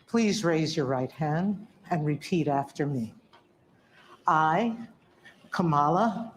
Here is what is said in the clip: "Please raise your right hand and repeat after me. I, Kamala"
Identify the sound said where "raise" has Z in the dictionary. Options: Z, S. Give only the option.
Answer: Z